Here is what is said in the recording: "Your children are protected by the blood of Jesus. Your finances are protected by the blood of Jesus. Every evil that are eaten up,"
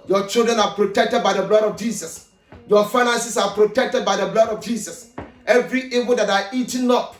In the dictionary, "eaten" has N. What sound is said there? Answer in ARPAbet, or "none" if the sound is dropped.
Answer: L